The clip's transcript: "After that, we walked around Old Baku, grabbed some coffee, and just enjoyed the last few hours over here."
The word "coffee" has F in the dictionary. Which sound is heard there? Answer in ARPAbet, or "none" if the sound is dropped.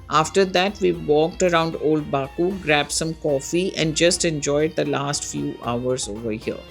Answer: F